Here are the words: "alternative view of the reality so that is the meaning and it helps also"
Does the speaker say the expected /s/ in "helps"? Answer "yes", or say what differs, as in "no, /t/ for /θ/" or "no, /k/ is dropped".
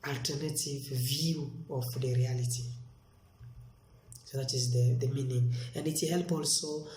no, /s/ is dropped